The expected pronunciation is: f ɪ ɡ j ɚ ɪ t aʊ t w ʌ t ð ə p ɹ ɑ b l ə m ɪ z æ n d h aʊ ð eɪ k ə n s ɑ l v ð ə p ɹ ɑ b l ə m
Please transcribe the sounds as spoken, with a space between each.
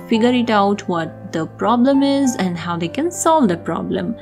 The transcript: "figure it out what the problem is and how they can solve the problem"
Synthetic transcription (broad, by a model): f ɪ ɡ j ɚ ɪ t aʊ t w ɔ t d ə p ɹ ɑ b l ə m ɪ z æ n d h aʊ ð eɪ k ə n s ɑ l v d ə p ɹ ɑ b l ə m